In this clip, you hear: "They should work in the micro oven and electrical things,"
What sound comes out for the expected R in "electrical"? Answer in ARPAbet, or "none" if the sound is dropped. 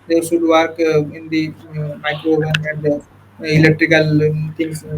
R